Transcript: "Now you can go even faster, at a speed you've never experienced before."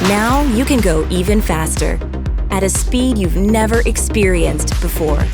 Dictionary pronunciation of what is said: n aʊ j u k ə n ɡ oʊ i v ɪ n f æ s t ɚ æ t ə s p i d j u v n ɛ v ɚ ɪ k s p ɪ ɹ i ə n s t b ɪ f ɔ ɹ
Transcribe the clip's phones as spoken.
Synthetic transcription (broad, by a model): n aʊ j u k ə n ɡ oʊ i v ɪ n f æ s t ɚ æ t ə s p i d j u v n ɛ v ɚ ɪ k s p ɪ ɹ i ə n s t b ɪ f ɔ ɹ